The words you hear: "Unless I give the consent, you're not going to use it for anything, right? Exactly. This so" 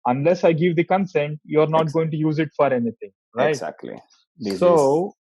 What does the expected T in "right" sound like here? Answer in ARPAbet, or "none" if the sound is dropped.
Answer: none